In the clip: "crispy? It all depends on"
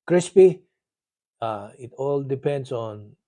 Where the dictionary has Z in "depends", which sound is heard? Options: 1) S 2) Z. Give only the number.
1